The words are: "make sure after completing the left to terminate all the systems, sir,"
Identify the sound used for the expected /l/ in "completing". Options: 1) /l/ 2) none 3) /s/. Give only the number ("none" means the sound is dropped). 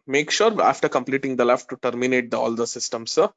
1